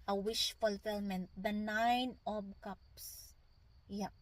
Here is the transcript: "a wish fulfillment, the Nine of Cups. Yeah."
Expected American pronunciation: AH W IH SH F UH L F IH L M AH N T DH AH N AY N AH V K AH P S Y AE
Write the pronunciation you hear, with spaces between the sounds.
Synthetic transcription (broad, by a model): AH W IH SH F UH L F IH L M AH N T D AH N AY N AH B K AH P S Y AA